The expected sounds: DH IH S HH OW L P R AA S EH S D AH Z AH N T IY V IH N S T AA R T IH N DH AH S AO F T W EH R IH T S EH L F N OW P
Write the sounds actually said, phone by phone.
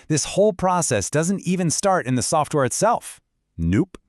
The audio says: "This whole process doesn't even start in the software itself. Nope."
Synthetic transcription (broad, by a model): DH IH S HH OW L P R AA S EH S D AH Z AH N T IY V IH N S T AA R T IH N DH AH S AO F T W EH R IH T S EH L F N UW P